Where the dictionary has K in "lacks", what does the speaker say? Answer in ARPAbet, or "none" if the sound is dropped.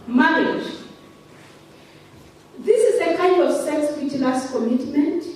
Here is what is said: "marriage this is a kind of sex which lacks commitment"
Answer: none